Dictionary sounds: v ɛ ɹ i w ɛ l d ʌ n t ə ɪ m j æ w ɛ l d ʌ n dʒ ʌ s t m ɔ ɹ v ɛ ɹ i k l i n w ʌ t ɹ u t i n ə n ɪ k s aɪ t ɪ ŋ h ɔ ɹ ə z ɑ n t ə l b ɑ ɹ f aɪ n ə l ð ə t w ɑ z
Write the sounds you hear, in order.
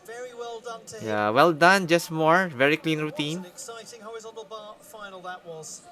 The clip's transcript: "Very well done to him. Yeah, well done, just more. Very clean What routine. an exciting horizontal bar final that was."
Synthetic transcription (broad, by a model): v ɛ ɹ i w ɛ l d ʌ n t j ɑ w ɛ l d ʌ n dʒ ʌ s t m ɔ ɹ v ɛ ɹ i k l i n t ɹ u t i n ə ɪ k s aɪ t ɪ ŋ h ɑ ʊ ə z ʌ l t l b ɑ f aɪ n ə l ð ə t w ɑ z